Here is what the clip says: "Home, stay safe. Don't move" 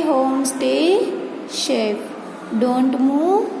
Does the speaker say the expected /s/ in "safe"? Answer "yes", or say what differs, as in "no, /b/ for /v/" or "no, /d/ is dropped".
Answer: no, /ʃ/ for /s/